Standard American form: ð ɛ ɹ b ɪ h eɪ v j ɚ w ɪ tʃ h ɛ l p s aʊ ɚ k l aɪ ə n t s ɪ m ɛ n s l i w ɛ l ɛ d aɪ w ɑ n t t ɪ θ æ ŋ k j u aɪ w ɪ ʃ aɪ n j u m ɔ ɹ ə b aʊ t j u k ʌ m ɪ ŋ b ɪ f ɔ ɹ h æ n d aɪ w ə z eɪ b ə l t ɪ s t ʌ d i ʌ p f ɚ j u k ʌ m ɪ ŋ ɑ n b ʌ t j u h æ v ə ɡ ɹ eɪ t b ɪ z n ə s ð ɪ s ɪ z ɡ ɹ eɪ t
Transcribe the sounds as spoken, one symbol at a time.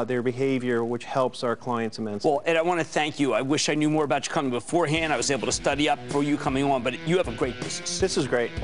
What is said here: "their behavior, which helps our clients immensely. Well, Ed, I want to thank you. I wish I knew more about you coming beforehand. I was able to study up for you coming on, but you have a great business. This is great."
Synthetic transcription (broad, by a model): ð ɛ ɹ b ɪ h eɪ v j ɚ w ɪ tʃ h ɛ l p s aʊ ɚ k l aɪ ə n t s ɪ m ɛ n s w ɛ l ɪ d aɪ w ɑ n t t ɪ θ æ ŋ k j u aɪ w ɪ ʃ aɪ n j u m ɔ ɹ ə b aʊ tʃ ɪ k ʌ m ɪ ŋ b ɪ f ɔ ɹ h æ n d aɪ w ə z eɪ b l t ɪ s t ʌ d i ʌ p f ɚ j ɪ k ʌ m ɪ ŋ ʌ n b ʌ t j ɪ v ə ɡ ɹ eɪ t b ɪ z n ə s ð ɪ s ɪ z ɡ ɹ eɪ t